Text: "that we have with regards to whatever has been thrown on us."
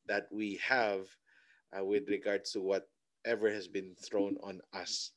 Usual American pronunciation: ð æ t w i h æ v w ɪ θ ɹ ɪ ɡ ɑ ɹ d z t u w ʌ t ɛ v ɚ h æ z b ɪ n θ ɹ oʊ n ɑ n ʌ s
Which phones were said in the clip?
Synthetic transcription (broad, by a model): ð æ t w i h æ v w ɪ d ɹ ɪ ɡ ɑ ɹ d s t u w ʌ t ɛ v ɚ h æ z b ɪ n θ ɹ oʊ n ɑ n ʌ s